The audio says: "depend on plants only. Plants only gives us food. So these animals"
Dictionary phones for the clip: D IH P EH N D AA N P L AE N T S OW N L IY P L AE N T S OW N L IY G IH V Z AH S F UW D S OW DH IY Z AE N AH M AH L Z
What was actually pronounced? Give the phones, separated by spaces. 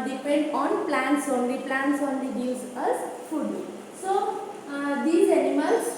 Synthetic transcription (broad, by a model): D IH P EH N D AA N P L AE N T S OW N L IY P L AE N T S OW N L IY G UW Z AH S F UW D S OW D IY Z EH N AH M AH L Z